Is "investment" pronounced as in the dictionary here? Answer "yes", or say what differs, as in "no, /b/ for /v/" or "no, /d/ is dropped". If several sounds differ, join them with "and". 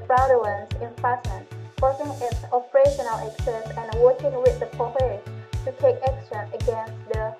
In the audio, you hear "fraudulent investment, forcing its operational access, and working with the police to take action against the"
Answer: no, /f/ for /v/ and /m/ is dropped